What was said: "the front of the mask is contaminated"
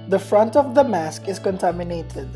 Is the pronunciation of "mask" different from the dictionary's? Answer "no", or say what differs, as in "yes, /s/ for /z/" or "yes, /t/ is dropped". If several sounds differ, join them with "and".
no